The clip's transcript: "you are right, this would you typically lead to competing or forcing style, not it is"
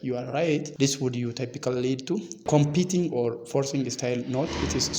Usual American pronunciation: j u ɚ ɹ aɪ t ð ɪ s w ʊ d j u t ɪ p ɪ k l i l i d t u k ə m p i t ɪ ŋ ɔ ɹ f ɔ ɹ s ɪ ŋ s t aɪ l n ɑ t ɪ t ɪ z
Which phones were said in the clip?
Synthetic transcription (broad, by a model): j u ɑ ɹ aɪ t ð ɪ s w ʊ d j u t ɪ p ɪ k i l i d t u k ə m p i t ɪ ŋ ɔ ɹ f ɔ ɹ s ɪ ŋ s t aɪ l n ɑ t ɪ t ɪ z